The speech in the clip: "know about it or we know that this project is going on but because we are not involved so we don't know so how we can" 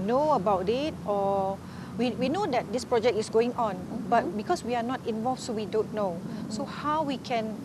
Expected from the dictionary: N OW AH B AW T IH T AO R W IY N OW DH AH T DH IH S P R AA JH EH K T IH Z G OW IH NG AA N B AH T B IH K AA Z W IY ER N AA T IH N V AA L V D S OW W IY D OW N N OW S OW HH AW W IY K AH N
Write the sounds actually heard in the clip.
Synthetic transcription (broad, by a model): N OW AH B AW T IH T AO W W IY N OW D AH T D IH S P R AA JH EH K T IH S G OW IH NG AA N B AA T B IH K AA S W IY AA N AA T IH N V AA L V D S OW W IY D OW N N OW S OW HH AW W IY K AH N